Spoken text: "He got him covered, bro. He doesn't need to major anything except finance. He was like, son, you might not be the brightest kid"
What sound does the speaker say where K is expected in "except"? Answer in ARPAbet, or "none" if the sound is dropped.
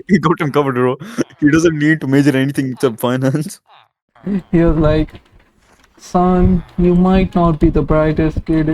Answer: none